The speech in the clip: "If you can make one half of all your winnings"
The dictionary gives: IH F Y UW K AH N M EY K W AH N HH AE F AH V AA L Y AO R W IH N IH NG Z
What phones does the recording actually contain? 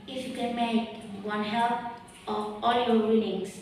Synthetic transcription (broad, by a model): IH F Y UW K AH N M EY K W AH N HH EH P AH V AA L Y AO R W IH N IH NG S